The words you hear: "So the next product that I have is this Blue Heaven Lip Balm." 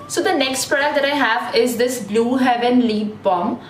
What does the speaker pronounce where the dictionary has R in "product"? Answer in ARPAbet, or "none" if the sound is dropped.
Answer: none